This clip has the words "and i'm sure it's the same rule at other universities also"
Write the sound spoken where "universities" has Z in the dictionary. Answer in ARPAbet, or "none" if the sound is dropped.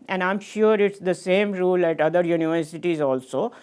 Z